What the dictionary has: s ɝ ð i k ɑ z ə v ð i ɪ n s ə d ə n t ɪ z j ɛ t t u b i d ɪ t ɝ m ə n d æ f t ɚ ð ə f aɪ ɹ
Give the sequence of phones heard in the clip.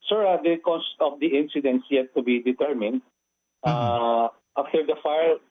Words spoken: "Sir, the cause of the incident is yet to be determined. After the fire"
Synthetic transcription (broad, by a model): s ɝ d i k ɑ s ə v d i ɪ n s ə d ə n t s j ɛ t t u b i d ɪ t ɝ m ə n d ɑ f t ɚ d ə f aɪ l